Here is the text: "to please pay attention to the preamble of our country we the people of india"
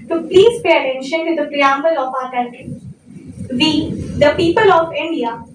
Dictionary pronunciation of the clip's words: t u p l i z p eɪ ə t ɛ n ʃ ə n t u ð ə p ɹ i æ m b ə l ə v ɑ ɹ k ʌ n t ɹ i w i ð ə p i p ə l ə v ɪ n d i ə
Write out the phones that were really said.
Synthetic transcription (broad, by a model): t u p l i z p eɪ ə t ɛ n ʃ ə n t u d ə p ɹ i æ m b ə l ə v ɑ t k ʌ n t i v i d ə p i p ə l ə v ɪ n d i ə